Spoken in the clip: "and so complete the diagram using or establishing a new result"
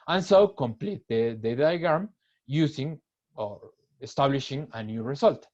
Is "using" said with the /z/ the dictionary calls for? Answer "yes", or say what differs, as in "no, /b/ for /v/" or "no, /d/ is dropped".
no, /s/ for /z/